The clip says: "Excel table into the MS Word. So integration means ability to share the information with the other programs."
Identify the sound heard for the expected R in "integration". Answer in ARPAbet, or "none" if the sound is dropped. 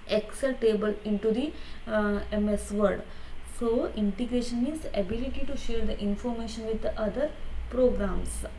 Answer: R